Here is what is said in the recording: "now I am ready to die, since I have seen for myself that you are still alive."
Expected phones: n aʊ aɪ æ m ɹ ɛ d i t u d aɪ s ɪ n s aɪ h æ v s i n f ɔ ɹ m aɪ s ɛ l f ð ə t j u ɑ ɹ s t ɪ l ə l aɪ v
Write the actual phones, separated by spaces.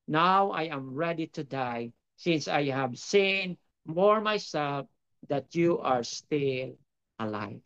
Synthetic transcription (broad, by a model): n aʊ aɪ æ m ɹ ɛ d i t u d aɪ s ɪ n s aɪ h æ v s i n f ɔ ɹ m aɪ s ɛ l f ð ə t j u ɑ ɹ s t ɪ l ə l aɪ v